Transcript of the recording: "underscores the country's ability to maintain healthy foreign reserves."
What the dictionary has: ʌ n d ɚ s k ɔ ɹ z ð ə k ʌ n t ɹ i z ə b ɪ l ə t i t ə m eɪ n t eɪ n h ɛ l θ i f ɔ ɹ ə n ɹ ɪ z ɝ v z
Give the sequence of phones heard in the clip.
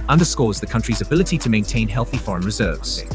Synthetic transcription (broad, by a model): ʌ n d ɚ s k ɔ z ð ə k ʌ n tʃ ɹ i z ə b ɪ l ə t i t ə m eɪ n t eɪ n h ɛ l θ i f ɔ ɹ ə n ɹ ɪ z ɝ v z